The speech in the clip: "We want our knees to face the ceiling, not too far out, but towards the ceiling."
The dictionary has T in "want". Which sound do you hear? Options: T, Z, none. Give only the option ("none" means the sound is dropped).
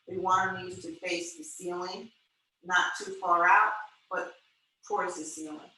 none